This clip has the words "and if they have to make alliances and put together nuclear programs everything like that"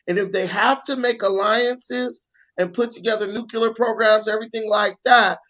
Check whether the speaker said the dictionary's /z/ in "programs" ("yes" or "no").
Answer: yes